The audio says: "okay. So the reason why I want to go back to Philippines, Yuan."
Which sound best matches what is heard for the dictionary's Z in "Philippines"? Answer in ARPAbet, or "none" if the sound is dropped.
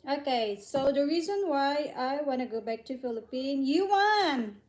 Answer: none